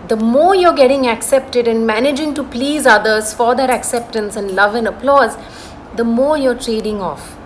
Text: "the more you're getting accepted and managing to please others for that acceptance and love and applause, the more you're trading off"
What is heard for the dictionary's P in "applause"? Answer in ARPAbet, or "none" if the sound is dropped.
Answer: P